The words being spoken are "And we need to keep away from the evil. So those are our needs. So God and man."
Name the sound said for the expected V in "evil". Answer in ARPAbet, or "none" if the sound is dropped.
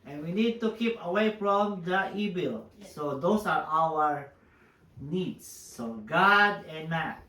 B